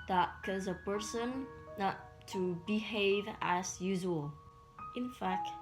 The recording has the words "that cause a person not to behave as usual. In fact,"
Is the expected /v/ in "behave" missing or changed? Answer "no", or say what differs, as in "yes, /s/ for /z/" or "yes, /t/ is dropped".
no